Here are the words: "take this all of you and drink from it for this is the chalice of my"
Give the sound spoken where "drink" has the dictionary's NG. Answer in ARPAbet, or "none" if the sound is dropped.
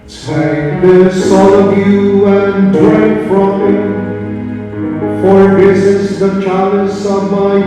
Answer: none